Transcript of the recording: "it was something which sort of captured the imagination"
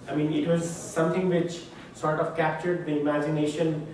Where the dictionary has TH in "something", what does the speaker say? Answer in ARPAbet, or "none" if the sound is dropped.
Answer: T